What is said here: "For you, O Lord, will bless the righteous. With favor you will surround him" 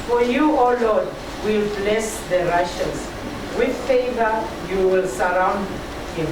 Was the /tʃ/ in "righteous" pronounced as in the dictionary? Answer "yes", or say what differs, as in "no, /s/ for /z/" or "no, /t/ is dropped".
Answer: no, /ʃ/ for /tʃ/